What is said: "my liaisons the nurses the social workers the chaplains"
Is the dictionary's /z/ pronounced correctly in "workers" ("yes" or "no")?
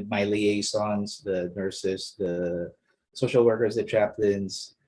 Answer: yes